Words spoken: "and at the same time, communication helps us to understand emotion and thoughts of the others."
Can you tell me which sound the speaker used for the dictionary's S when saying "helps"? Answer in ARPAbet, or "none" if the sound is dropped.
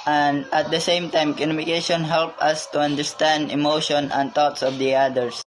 none